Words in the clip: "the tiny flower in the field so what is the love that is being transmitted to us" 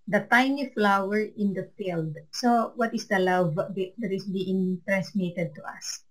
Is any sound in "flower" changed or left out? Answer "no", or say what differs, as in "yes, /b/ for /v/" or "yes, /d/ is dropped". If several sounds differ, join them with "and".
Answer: no